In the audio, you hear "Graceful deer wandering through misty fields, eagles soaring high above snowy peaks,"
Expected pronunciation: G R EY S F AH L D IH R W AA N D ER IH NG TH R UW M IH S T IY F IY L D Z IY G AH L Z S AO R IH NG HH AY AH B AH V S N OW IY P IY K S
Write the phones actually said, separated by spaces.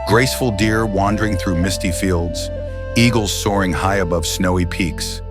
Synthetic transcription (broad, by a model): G R EY S F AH L D IH R W AA N D ER IH NG TH R UW M IH S T IY F IY L D Z IY G L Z S AO R IH NG HH AY AH B AH V S N OW IY P IY K S